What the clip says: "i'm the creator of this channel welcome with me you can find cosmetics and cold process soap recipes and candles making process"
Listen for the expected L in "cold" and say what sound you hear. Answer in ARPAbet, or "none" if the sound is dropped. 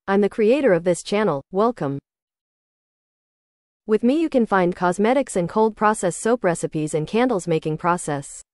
L